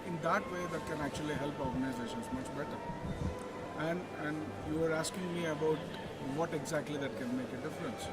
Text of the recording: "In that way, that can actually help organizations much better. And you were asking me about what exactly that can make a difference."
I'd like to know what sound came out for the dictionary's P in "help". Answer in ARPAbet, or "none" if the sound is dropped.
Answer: P